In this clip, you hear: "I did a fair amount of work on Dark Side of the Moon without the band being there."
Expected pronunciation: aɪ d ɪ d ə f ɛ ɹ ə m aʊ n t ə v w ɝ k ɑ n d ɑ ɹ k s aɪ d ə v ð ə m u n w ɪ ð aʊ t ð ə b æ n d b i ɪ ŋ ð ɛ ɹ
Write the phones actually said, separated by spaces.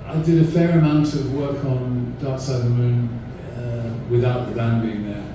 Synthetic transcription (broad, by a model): aɪ d ɪ d ə f ɛ ɹ ə m aʊ n t ə v w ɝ k n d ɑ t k s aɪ ə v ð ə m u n w ɪ ð aʊ t ð ə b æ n b i ɪ ŋ ð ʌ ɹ